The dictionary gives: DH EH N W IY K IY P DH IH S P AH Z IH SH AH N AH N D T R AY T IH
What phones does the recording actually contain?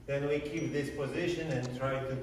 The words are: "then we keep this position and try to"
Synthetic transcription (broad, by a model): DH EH N W IY K IY P DH IH S P AH Z IH SH AH N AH N T R AY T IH